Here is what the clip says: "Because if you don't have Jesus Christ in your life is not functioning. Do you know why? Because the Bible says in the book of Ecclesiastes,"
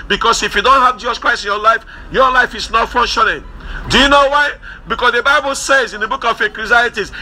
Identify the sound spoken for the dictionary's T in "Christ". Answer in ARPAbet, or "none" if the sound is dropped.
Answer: none